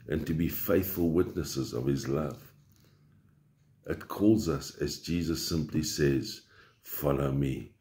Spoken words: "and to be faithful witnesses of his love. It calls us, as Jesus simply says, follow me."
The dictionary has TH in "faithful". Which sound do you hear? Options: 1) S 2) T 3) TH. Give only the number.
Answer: 3